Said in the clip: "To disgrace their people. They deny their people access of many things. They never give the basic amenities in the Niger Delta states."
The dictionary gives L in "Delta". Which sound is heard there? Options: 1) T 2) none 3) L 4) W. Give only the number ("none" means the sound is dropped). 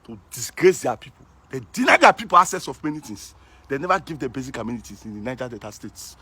2